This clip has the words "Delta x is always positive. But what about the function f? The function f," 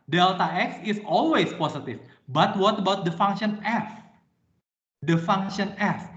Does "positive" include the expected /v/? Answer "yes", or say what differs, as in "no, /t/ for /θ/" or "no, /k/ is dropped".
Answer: no, /f/ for /v/